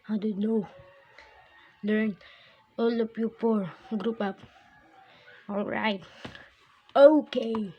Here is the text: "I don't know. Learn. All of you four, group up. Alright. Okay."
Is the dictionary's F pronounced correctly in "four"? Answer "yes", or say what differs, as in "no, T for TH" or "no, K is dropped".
no, P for F